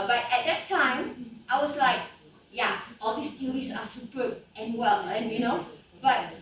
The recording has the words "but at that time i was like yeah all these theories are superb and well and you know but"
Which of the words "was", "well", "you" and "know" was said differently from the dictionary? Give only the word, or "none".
was